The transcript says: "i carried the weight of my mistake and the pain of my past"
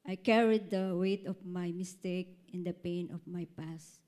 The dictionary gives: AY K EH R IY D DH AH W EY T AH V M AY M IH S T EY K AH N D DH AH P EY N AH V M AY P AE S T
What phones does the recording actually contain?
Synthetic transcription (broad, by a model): AY K EH R IY D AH W EY T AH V M AY M IH S T EY K AH N D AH P EY N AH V M AY P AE S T